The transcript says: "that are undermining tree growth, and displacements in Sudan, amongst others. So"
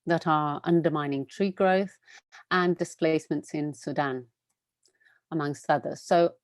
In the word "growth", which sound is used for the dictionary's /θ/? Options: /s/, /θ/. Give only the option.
/θ/